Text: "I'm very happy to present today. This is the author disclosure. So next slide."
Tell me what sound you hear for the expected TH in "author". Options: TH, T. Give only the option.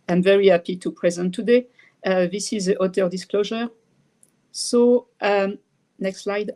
T